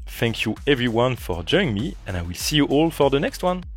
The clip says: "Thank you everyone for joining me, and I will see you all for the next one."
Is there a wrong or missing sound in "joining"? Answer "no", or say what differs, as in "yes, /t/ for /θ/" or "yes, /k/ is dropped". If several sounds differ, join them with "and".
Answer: yes, /n/ is dropped